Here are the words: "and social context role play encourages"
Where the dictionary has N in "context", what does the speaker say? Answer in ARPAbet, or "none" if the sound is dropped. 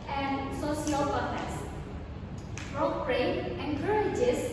none